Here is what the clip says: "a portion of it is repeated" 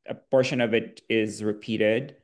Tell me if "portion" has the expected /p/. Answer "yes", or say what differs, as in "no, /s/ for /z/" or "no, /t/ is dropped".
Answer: no, /b/ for /p/